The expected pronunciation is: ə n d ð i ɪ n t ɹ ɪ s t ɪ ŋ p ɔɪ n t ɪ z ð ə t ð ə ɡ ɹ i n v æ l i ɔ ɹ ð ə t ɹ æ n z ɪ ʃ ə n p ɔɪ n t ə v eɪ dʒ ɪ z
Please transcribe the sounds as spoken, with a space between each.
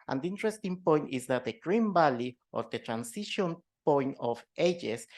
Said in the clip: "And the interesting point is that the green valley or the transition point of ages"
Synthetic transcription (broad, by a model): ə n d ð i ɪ n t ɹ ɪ s t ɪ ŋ p ɔɪ n t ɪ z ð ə t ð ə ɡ ɹ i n b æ l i ɔ ɹ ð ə t ɹ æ n s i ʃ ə n p ɔɪ n t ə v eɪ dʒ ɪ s